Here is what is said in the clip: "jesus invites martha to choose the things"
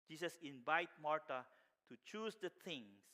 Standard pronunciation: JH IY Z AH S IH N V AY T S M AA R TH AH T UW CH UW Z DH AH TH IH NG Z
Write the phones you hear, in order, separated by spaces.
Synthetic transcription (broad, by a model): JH IY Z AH S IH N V AY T M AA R T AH T UW CH UW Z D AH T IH NG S